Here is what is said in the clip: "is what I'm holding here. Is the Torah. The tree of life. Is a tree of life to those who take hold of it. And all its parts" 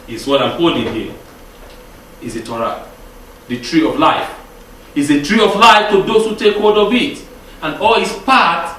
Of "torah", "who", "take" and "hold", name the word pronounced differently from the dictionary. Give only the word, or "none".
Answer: hold